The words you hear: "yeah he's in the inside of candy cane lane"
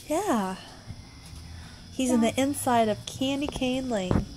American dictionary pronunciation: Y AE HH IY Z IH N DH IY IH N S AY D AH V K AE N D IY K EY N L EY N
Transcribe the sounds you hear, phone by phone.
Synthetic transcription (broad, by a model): Y AE HH IY Z IH N DH IY IH N S AY D AH V K AE N D IY K EY N L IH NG